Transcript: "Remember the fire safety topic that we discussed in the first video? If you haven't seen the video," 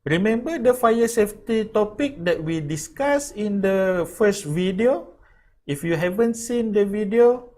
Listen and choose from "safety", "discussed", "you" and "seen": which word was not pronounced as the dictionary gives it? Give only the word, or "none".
discussed